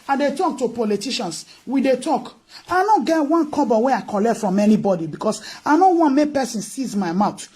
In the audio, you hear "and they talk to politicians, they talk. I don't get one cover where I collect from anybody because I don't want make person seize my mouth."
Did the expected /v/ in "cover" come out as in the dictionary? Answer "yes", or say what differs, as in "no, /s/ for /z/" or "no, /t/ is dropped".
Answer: no, /b/ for /v/